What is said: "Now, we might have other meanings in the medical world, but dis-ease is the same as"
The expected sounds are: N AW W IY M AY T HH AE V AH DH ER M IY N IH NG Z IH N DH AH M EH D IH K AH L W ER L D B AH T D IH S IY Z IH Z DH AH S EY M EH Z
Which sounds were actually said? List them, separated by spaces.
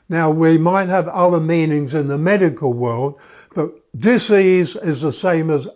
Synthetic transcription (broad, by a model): N AW W IY M AY T HH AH V AH DH ER M IY N IH NG Z IH N DH AH M EH D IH K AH L W ER L D B AH T D IH S IY Z IH Z DH AH S EY M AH Z